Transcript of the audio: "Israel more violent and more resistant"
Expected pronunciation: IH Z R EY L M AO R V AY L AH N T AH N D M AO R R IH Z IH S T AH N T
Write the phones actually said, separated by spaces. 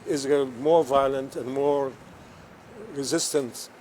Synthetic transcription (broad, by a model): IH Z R M AO R V AY L AH N T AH N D M AO R R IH Z IH S T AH N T